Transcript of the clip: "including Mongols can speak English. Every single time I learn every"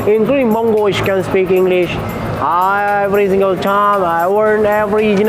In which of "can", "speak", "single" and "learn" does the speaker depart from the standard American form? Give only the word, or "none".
learn